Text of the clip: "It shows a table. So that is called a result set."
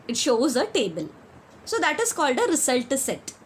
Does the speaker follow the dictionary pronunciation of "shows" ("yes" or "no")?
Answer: yes